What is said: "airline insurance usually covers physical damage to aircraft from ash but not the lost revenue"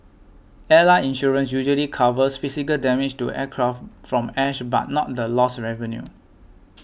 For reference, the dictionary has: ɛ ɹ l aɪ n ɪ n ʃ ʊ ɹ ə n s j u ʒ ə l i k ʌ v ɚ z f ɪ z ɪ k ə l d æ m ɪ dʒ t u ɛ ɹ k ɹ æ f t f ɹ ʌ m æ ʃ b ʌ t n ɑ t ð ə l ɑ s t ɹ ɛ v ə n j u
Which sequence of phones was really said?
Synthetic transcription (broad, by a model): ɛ l aɪ ɪ n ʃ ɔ ɹ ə n s j u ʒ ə l i k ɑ v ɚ s f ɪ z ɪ k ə l d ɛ m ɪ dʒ t u ɛ k ɹ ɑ f t f ɹ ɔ m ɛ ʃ b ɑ t n ɑ t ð ə l ɑ s ɹ ɛ v ə n j u